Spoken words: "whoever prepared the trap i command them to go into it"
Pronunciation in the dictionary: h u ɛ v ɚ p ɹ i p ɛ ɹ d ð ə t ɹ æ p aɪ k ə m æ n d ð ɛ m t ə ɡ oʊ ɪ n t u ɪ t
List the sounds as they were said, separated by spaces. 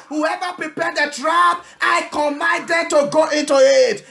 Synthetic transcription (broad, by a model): h u ɛ v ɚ p ɹ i p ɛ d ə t ɹ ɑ b aɪ k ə m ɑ n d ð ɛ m t ə ɡ oʊ ɪ n t u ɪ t